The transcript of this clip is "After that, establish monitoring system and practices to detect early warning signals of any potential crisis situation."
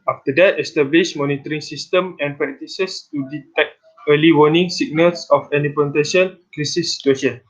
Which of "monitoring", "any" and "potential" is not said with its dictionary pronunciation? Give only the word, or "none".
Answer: potential